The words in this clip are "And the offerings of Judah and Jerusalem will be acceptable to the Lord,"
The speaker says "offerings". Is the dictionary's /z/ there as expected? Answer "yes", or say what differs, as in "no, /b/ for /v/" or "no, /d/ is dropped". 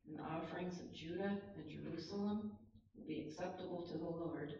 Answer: yes